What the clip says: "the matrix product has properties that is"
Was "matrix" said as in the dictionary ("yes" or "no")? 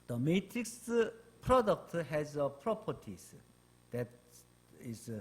yes